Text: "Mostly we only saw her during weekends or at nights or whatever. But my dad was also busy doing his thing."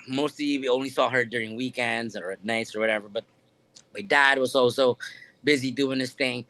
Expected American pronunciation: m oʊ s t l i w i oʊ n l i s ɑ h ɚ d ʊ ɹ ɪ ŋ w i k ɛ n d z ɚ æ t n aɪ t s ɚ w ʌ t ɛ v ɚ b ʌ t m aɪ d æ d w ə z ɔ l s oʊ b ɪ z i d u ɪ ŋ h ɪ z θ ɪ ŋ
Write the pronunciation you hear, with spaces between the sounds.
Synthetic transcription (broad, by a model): m oʊ s t l i w i oʊ n l i s ɑ h ɚ d ʊ ɹ ɪ ŋ w i k ɛ n d z ɚ n aɪ t s ɚ w ʌ t ɛ v ɚ b ʌ t m aɪ d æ d w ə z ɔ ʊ s oʊ b ɪ z i d u ɪ ŋ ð ɪ s θ ɪ ŋ